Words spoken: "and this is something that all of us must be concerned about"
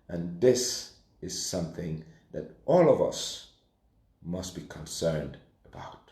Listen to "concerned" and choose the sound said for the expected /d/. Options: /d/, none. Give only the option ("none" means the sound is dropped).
/d/